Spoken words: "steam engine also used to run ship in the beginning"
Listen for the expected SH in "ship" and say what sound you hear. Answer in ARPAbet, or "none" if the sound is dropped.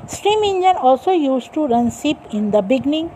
S